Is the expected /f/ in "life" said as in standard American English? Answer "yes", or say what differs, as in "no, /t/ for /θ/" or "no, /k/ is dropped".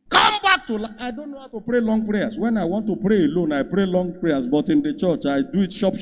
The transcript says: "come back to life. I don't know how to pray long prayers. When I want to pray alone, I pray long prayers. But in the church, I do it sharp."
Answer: no, /f/ is dropped